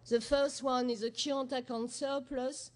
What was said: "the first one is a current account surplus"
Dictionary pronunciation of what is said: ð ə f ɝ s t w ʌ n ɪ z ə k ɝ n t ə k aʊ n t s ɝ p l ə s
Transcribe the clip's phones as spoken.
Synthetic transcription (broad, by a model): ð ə f ɝ s t w ʌ n ɪ z ə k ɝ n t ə k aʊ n s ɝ p l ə s